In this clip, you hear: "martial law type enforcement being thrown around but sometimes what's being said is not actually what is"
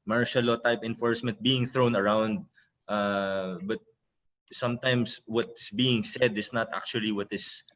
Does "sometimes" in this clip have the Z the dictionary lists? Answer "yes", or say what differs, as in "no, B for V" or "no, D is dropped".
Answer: no, S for Z